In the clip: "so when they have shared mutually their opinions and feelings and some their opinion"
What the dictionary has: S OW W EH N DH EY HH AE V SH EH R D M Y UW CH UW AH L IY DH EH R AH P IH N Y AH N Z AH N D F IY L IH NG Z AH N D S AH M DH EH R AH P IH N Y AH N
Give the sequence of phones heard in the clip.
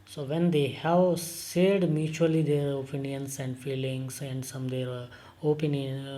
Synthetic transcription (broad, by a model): S OW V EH N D EY HH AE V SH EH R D M Y UW CH UW AH L IY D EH R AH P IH N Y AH N S AH N D F IY L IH NG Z AH N D S AH M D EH R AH P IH N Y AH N